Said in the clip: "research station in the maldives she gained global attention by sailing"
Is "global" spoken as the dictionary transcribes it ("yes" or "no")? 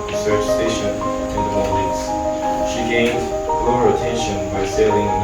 no